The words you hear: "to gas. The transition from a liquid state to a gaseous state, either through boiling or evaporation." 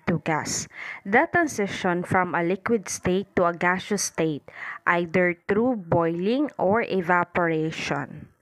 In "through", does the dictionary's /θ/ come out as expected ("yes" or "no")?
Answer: no